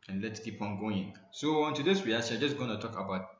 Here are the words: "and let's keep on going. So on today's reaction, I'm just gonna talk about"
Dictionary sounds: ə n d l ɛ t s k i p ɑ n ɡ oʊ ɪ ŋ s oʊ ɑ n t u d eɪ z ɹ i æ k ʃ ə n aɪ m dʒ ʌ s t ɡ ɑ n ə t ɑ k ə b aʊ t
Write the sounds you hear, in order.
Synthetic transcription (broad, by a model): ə n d l ɛ t s k i p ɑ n ɡ oʊ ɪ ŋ s oʊ ɑ n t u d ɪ s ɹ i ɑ ʃ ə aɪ dʒ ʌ s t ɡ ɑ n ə t ɑ k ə b aʊ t